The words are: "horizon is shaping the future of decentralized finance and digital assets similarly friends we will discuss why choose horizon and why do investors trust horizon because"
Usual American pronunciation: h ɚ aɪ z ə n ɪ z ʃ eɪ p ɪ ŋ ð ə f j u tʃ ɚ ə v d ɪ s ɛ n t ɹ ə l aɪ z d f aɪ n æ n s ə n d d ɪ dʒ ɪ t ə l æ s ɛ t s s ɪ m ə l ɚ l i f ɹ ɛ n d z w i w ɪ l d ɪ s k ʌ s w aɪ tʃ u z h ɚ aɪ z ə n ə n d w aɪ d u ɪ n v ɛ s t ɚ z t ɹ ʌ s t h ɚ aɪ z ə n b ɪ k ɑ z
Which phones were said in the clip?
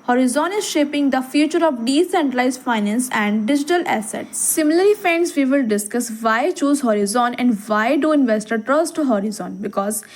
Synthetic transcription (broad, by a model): h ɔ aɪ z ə n ɪ z ʃ eɪ p ɪ ŋ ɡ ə f j u tʃ ɚ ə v d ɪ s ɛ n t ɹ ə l aɪ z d f aɪ n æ n s ə n d d ɪ dʒ ɪ t ə l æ s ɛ t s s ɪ m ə l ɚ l i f ɛ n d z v i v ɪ l d ɪ s k ʌ s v aɪ tʃ u z h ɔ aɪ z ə n ə n d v aɪ d u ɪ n v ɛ s t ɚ t ɹ ʌ s t h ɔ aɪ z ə n b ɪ k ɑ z